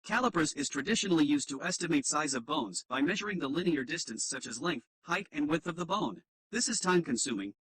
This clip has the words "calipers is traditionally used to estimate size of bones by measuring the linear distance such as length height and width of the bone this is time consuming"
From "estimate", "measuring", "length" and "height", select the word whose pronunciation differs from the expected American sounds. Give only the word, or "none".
none